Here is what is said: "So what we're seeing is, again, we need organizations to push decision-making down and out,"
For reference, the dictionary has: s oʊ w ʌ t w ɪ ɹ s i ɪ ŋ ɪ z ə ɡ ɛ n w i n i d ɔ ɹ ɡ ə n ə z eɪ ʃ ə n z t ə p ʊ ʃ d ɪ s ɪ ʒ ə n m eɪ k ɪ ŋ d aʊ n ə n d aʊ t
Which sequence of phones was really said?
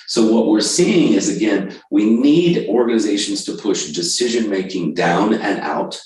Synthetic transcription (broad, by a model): s oʊ w ʌ t w ɪ ɹ s i ɪ ŋ ɪ z ə ɡ ɛ n w i n i d ɔ ɹ ɡ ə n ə z eɪ ʃ n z t ə p ʊ ʃ d ɪ s ɪ ʒ ə n m eɪ k ɪ ŋ d aʊ n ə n aʊ t